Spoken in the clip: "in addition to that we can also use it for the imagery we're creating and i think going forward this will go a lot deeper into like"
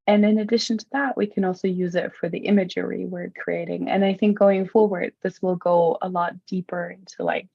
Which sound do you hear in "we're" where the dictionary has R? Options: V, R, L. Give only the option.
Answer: R